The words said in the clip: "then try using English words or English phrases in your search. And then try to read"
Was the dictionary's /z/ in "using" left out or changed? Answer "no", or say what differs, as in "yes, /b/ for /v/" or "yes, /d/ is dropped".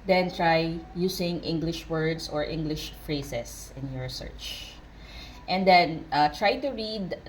yes, /s/ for /z/